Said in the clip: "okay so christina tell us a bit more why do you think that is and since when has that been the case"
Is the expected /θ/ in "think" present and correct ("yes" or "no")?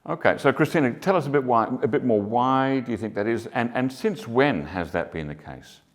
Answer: yes